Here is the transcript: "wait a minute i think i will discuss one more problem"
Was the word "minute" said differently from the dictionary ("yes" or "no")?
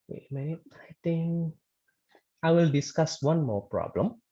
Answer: yes